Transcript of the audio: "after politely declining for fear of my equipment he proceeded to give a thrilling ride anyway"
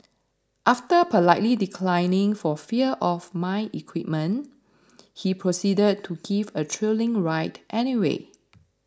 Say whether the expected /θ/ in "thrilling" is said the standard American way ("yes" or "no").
no